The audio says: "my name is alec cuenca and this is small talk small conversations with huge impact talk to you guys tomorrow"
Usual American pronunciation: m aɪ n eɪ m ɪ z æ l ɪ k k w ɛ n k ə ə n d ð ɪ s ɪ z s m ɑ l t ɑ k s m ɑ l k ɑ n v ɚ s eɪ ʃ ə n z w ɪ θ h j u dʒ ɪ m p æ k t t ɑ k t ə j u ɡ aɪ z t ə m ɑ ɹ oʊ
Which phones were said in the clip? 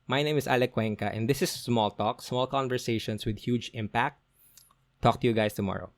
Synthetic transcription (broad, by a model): m aɪ n eɪ m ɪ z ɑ l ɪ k k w ɛ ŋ k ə ə n d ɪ s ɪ s m ɑ l t ɑ k s m ɑ l k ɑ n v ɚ s eɪ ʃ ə n s w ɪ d h j u dʒ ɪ m p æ k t t ɑ k t ə j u ɡ aɪ s t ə m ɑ ɹ oʊ